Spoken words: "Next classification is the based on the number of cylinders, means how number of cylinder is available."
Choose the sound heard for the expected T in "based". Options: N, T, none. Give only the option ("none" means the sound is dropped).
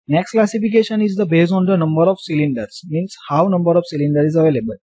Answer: none